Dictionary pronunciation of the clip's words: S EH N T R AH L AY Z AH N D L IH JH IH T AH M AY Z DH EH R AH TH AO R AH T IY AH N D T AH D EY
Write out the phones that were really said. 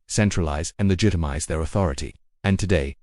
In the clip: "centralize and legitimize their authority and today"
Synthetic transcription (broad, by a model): S EH N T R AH L AY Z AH N L IH JH IH T AH M AY Z DH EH R AH TH AO R AH T IY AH N T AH D EY